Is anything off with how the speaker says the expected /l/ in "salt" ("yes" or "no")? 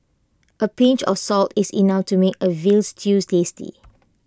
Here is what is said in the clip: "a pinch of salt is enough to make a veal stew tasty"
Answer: no